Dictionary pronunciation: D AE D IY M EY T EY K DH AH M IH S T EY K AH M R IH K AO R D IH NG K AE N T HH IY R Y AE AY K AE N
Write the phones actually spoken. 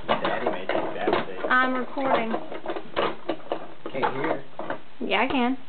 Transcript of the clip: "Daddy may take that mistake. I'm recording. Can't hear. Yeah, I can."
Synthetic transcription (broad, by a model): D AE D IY M EY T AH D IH T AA AH M R IH K AO R D IH NG K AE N HH IY R Y AE AY K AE N